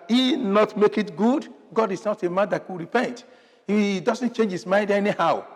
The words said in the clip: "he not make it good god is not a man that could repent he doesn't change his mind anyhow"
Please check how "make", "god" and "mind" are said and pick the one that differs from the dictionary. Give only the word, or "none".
none